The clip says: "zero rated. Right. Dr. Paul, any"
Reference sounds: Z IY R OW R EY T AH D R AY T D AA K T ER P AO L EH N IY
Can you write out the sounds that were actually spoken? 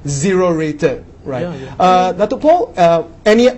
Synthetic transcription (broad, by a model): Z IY R OW R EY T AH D R AY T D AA T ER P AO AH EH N IY